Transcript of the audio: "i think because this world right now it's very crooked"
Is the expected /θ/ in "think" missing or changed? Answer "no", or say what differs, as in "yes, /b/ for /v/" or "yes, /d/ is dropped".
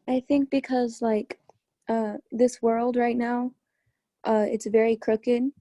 no